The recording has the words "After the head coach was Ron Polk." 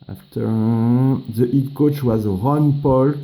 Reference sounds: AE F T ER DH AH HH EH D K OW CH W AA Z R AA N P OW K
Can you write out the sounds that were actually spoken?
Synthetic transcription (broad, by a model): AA F T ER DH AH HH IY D K OW CH W AA Z R AA N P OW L